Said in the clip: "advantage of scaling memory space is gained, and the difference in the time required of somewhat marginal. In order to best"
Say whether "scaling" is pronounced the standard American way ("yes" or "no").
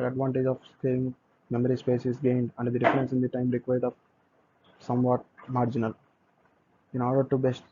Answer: no